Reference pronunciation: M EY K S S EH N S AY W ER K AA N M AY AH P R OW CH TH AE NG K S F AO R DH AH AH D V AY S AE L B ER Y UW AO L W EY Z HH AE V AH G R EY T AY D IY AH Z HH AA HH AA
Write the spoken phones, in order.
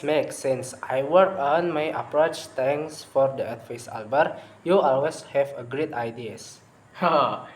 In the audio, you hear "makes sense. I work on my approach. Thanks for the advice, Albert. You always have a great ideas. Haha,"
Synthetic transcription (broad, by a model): M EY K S S EH N S AY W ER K AA N M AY AH P R OW CH T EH NG S F AO R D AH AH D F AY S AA L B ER Y UW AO L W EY S HH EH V AH G R EY T AY D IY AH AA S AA